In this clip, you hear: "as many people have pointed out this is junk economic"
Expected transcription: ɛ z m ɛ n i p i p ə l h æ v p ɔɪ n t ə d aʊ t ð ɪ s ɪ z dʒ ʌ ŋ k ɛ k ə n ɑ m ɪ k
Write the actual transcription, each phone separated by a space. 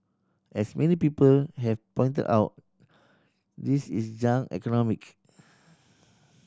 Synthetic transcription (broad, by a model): ɛ s m ɛ n i p i p ə l h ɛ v p ɔɪ n t ə d aʊ t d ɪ s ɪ s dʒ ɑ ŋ ɛ k ə n ɑ m ɪ k